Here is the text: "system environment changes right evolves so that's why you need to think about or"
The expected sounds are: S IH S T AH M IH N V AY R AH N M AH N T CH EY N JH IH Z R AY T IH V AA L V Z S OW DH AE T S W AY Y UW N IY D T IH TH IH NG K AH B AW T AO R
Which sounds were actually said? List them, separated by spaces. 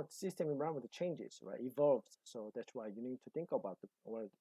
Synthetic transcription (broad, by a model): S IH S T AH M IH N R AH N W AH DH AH CH EY N JH IH Z R AY T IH V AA L V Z S OW DH AE T S W AY Y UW N IY D T IH TH IH NG K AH B AW T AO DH